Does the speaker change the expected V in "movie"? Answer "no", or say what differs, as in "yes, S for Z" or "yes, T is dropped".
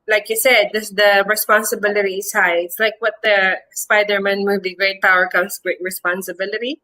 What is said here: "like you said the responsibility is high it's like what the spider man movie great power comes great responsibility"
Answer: yes, B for V